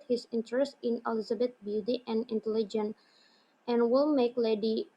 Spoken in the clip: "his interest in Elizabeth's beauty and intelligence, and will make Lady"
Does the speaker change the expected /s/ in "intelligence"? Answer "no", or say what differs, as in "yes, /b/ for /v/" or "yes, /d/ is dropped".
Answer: yes, /s/ is dropped